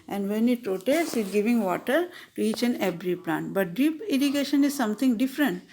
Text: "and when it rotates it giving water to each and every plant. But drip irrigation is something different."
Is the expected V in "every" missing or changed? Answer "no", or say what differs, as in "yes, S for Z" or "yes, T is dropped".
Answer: yes, B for V